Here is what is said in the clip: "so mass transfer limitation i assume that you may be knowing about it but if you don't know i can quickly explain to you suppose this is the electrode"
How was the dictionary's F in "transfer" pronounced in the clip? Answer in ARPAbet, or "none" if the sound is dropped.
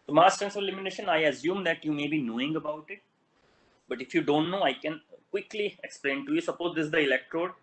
none